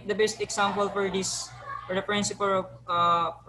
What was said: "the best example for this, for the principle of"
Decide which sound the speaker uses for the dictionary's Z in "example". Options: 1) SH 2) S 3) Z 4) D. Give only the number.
2